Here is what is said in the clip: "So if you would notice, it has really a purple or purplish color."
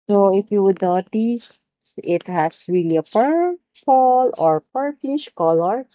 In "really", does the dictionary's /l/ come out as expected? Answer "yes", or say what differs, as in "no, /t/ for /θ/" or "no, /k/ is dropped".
yes